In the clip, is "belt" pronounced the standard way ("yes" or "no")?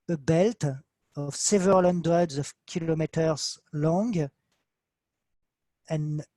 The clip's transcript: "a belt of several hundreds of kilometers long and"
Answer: yes